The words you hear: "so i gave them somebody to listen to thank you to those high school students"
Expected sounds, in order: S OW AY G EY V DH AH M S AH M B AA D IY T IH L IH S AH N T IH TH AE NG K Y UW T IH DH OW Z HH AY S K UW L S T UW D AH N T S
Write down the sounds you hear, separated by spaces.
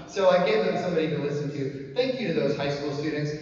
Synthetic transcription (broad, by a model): S OW AY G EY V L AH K S AH M B AA D IY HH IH L IH S N T IH TH AE NG K Y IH T IH DH OW Z HH AY S K UW L S T UW D N T S